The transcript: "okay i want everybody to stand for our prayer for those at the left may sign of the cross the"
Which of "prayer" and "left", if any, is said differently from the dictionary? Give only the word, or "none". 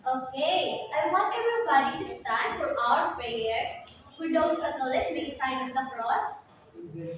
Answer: left